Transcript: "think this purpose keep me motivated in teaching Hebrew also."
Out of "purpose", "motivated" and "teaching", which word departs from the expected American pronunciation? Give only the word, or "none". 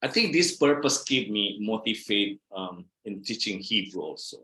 motivated